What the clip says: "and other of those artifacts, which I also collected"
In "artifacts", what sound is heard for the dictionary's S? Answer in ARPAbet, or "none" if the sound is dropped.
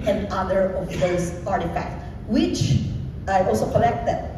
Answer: none